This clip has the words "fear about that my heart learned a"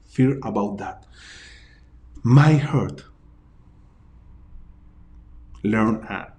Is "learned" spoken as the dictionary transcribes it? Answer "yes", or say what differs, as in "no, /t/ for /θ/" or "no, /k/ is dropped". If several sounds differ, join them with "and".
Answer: no, /d/ is dropped